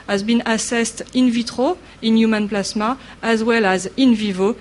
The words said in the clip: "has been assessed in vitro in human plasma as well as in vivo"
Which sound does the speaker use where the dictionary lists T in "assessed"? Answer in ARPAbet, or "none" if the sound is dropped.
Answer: T